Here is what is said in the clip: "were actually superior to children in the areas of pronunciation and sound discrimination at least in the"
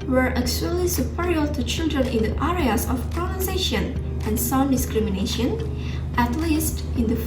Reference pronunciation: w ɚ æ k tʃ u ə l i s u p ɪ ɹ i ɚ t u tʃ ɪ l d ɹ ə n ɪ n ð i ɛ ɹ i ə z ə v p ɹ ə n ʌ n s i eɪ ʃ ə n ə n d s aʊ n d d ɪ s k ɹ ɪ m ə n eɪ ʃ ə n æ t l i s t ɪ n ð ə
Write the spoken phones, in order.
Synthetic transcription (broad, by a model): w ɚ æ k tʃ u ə l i s u p ɪ ɹ i ɚ t u tʃ ɪ l d ɹ ə n ɪ n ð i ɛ ɹ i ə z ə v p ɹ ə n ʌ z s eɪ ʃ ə n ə n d s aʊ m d d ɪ s k ɹ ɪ m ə n eɪ ʃ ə n æ t l i s t ɪ n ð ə